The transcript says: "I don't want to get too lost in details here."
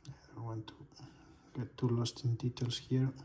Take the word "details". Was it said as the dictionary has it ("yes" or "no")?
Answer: no